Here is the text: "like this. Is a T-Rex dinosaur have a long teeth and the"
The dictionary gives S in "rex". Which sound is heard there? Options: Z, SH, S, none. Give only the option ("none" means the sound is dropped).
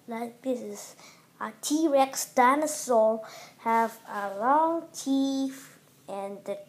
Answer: S